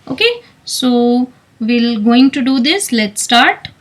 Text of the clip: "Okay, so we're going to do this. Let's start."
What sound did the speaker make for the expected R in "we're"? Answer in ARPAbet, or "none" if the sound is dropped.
L